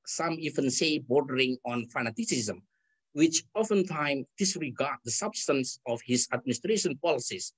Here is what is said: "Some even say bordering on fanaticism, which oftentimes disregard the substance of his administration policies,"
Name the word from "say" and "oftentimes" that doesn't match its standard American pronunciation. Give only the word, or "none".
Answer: oftentimes